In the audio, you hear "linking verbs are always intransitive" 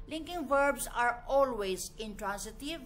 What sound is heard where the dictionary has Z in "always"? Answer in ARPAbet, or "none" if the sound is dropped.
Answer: Z